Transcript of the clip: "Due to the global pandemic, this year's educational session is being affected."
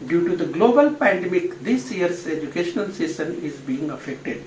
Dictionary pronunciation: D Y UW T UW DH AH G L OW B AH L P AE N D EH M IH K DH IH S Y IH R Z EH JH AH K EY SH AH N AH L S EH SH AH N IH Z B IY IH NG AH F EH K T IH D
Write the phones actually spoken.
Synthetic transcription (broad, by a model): D Y UW T UW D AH G L OW B AH L P AE N D EH M IH K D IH S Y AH R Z EH JH AH K EY SH AH N AH L S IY S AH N IH Z B IY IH NG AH F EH K T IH D